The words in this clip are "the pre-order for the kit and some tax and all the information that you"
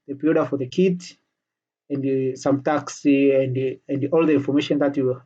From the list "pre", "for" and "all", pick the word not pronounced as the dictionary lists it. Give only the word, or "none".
pre